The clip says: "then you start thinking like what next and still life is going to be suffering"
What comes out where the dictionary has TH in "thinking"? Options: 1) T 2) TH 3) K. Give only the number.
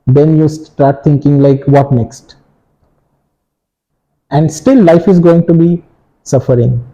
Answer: 1